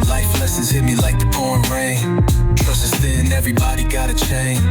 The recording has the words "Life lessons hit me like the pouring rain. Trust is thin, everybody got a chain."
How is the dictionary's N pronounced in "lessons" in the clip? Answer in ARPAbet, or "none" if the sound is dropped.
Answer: none